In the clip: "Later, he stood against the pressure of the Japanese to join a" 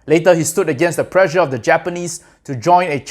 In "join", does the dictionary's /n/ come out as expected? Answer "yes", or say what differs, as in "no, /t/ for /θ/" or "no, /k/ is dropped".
yes